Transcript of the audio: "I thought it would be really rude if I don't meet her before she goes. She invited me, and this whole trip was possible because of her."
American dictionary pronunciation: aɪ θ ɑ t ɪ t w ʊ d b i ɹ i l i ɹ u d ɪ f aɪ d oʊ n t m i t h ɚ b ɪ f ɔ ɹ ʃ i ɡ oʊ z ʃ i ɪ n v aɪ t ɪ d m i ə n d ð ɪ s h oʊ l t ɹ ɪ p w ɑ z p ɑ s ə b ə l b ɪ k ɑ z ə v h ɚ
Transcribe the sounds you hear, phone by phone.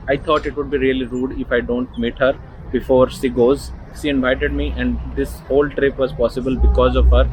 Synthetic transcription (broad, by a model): aɪ t ɑ t ɪ t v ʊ d b i ɹ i l i ɹ u d ɪ f aɪ d oʊ n t m i t h ɚ b ɪ f ɔ ɹ ʃ i ɡ oʊ z ʃ i ɪ n v aɪ t ɪ d m i ə n d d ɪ s h oʊ l t ɹ ɪ p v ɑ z p ɑ s ə b ə l b ɪ k ɑ z ə v h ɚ